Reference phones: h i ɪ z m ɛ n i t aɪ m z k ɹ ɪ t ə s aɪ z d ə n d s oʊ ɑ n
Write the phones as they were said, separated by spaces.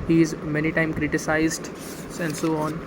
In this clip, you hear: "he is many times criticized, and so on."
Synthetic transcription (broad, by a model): h i ɪ z m ɛ n i t aɪ m k ɹ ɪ t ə s aɪ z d ə n d s oʊ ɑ n